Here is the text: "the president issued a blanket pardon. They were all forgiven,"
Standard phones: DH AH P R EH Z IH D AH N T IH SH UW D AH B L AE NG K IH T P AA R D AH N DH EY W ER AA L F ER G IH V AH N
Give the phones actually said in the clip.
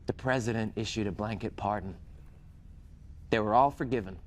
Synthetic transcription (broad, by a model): DH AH P R EH Z IH D AH N T IH SH UW D AH B L AE NG K IH T P AA R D N DH EY W ER AA L F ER G IH V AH N